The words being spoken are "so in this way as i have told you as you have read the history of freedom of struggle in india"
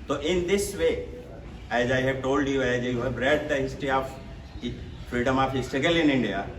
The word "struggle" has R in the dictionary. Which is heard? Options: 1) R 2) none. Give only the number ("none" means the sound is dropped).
2